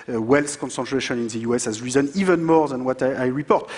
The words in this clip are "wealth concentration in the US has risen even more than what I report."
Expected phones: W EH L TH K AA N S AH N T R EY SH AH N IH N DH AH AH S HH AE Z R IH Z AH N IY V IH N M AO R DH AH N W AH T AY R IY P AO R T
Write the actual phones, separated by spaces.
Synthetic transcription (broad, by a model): W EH L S K AA N S AH N T R EY SH AH N IH N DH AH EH S HH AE Z R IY Z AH N IY V IH N M AO R DH AH N W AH T AY R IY P AO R T